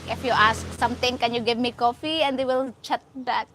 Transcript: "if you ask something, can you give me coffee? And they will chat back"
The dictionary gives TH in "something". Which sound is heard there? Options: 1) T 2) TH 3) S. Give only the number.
1